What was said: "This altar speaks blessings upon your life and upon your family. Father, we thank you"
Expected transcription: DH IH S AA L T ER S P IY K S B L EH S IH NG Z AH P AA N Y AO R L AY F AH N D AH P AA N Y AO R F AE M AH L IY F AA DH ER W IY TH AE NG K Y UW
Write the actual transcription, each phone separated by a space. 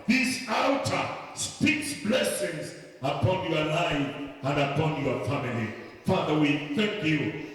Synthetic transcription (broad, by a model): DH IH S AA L T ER S P IY K S B L EH S IH NG Z AH P AA N Y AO L AY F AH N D AH P AA N Y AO F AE M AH L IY F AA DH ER W IY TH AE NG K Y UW